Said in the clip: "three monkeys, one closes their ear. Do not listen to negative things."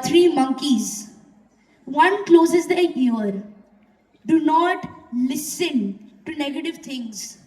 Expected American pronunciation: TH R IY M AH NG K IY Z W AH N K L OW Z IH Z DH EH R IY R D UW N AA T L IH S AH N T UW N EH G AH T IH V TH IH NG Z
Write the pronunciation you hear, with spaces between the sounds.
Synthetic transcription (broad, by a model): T R IY M AH NG K IY Z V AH N K L OW Z IH Z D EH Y IY R D UW N AA T L IH S AH N T UW N EH G AH T IH V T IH NG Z